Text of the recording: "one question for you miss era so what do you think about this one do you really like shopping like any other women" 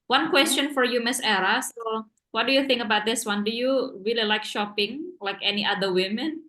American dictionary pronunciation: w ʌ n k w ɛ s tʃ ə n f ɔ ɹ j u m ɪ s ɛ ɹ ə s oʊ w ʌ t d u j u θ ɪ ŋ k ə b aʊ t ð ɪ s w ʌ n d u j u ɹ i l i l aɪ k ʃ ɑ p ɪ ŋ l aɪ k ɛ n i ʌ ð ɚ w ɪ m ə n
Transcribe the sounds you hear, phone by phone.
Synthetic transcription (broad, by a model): w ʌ n k w ɛ s tʃ ə n f ɔ ɹ j u m ɪ s ɛ ɹ ə s oʊ w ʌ t d u j u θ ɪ ŋ k ə b aʊ t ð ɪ s w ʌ n d u j u ɹ i l i l aɪ k ʃ ɑ p ɪ ŋ l aɪ k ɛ n i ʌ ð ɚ w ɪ m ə n